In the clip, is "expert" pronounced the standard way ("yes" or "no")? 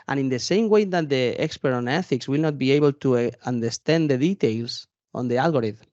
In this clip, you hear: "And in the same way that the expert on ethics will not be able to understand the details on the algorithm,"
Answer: yes